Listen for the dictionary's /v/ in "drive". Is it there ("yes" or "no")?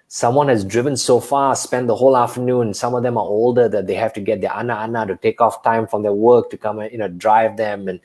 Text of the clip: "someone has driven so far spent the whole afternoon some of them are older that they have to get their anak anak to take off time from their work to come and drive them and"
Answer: yes